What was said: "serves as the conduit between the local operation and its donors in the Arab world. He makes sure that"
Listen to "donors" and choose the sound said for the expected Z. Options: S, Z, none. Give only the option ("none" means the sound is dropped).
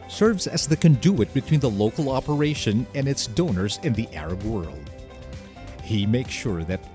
Z